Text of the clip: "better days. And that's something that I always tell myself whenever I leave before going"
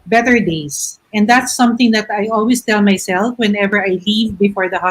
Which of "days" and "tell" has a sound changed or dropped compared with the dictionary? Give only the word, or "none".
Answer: days